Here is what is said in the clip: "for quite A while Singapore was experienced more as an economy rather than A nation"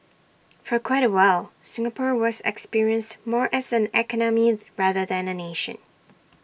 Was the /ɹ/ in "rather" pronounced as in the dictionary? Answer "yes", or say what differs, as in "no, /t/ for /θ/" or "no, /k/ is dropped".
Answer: yes